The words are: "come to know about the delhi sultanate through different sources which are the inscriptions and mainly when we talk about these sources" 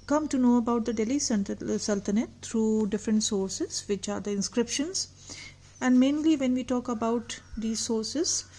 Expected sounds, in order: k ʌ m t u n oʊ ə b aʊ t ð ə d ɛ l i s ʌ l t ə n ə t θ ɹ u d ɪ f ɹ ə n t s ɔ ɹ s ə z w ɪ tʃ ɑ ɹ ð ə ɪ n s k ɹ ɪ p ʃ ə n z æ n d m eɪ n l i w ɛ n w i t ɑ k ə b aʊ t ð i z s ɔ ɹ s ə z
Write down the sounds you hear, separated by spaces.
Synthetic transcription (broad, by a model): k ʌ m t u n oʊ ə b aʊ t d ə d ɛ l i s ʌ l t ə n ə t t ɹ u d ɪ f ɹ ə n t s ɔ ɹ s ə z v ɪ tʃ ɑ ɹ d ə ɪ n s k ɹ ɪ p ʃ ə n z æ n d m eɪ n l i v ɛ n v i t ɑ k ə b aʊ t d i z s ɔ ɹ s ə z